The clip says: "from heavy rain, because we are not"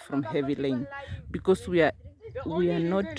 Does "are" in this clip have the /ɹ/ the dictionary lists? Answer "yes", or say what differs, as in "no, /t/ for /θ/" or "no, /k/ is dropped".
no, /w/ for /ɹ/